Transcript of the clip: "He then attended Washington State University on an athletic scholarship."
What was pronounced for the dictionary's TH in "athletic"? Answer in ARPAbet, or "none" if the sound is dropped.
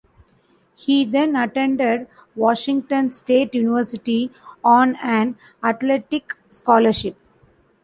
T